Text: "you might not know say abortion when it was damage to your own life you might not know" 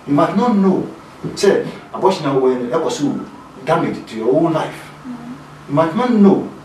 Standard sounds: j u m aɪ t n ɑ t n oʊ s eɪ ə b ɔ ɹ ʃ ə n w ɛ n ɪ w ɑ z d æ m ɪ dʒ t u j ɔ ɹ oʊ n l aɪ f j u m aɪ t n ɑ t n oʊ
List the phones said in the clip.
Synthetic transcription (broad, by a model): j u m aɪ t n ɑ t n oʊ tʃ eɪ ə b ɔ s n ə w ɛ n ɪ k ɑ s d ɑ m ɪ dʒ t u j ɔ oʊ l l aɪ f j u m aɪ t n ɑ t n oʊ